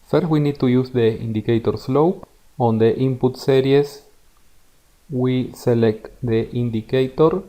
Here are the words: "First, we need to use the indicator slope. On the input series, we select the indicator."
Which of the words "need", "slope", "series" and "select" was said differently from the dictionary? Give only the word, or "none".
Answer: series